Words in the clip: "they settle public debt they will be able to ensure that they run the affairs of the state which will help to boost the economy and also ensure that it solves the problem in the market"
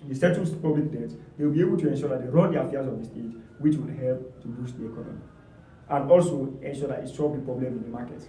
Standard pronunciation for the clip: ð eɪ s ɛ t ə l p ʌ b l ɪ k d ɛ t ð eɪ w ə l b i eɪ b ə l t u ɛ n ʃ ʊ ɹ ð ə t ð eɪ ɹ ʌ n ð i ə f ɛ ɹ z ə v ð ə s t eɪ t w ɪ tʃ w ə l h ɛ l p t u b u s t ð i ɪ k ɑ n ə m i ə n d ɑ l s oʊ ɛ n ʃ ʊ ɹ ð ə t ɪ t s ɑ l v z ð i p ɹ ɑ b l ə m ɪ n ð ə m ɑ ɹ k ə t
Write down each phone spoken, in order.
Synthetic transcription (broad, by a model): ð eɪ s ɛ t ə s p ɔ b l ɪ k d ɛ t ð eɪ w ə l b i eɪ b ə l t u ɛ n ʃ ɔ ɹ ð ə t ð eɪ ɹ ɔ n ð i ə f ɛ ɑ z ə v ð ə s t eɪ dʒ w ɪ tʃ w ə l h ɛ l p t u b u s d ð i ɪ k ɑ n ə m i ə n d ɑ l s oʊ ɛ n ʃ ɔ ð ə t ɪ t ʃ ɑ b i p ɹ ɑ b l ə m ɪ n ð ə m ɑ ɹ k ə t